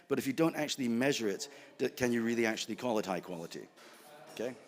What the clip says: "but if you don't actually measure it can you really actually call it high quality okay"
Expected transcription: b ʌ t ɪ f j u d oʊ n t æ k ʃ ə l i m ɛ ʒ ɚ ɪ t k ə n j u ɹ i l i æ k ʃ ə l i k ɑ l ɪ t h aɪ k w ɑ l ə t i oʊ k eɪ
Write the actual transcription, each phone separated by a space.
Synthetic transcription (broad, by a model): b ʌ t ɪ f j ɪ d oʊ n t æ k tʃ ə l i m ɛ ʒ ɚ ɪ t k ə n j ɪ ɹ i l i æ k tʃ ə l i k ɑ l ɪ t h aɪ k w ɑ l ə t i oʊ k eɪ